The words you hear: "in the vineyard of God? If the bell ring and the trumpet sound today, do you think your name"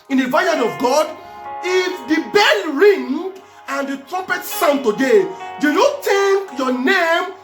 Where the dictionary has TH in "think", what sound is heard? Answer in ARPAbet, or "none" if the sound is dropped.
T